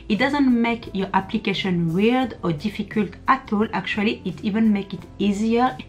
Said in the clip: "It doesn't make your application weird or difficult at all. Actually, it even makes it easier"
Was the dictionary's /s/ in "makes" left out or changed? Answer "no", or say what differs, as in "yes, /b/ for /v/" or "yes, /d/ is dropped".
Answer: yes, /s/ is dropped